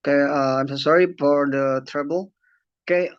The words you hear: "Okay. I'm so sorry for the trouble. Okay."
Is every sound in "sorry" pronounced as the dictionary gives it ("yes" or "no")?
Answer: yes